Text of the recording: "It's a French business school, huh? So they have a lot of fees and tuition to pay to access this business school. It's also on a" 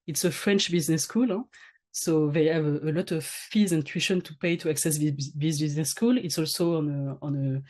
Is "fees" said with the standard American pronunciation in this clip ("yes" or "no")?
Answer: yes